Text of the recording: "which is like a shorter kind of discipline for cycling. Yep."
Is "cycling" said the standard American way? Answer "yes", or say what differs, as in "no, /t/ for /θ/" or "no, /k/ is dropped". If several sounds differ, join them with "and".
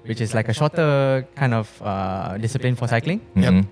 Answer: yes